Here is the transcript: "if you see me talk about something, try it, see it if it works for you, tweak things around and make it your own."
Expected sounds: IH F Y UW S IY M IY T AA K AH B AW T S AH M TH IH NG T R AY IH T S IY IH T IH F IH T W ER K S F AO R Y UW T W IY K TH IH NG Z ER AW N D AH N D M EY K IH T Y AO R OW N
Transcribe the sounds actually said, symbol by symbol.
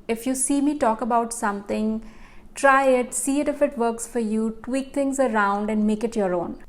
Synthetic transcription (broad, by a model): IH F Y UW S IY M IY T AA K AH B AW T S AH M T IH NG T R AY IH T S IY IH T IH F IH T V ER K S F AO R Y UW T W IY K T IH NG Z ER AW N D AH N D M EY K IH T Y AO R OW N